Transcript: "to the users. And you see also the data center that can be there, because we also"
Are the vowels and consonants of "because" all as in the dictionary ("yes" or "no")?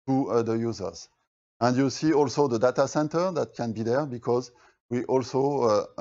yes